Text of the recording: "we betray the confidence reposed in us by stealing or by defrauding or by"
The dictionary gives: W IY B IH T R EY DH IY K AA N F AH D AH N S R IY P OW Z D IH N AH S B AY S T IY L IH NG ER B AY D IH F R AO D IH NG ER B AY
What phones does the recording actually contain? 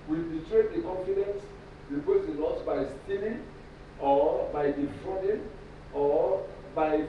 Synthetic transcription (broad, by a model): W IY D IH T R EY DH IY K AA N F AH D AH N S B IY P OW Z IH L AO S B AY S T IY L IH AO B AY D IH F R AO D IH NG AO B AY